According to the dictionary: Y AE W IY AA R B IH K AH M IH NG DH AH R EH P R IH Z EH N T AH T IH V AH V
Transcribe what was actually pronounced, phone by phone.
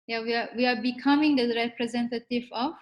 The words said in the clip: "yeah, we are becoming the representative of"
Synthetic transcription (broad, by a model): Y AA W IY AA W B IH K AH M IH NG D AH R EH P R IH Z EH N T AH T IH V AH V